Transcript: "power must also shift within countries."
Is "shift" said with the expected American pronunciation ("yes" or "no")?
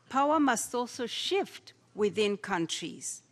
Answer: yes